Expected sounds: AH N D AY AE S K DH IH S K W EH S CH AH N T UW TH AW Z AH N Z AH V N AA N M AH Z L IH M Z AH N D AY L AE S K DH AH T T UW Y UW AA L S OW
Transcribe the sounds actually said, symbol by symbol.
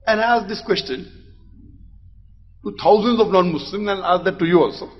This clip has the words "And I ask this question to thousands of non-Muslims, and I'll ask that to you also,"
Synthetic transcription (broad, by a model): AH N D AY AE S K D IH S K W EH S CH AH N T UW T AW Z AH N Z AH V N AA N M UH S L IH M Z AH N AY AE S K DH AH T T UW Y UW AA L S OW